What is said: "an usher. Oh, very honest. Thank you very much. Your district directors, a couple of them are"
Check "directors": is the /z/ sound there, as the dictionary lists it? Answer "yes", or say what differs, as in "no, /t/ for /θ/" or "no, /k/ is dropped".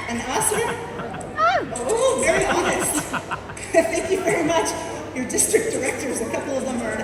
yes